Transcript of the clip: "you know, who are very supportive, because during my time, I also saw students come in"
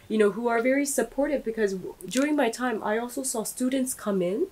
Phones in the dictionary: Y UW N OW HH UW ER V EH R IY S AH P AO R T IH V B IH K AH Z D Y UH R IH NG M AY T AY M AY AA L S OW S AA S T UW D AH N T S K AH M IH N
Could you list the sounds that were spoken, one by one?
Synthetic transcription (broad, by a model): Y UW N OW HH UW ER V EH R IY S AH P AO R T IH V B IH K AH Z D Y UH R IH NG M AY T AY M AY AA L S OW S AA S T UW D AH N T S K AH M IH N